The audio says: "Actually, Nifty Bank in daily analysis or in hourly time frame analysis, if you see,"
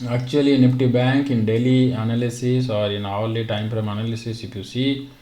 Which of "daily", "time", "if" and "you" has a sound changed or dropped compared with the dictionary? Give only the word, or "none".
if